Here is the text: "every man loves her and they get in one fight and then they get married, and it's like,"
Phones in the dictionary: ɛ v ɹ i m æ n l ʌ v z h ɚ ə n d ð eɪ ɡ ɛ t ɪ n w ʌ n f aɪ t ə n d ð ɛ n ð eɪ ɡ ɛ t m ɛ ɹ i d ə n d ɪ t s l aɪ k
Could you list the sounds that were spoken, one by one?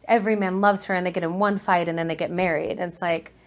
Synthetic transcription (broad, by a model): ɛ v ɹ i m æ n l ʌ v z h ɚ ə n ð eɪ ɡ ɛ t ɪ n w ʌ n f aɪ t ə n ð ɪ n ð eɪ ɡ ɛ t m ɛ ɹ i d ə n ɪ t s l aɪ k